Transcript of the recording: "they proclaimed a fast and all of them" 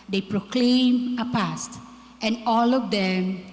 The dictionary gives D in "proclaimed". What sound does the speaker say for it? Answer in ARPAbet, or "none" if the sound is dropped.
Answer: none